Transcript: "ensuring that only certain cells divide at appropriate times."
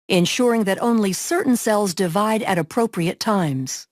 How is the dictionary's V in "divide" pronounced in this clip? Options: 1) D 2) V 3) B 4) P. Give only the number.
2